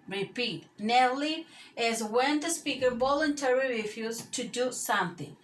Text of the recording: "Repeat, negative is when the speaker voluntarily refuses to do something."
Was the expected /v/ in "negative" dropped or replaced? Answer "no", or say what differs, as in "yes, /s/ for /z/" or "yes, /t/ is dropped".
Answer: yes, /v/ is dropped